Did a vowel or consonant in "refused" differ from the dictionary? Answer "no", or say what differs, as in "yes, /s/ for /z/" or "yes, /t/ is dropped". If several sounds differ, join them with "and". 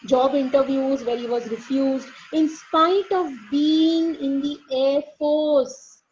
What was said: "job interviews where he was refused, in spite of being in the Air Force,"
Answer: no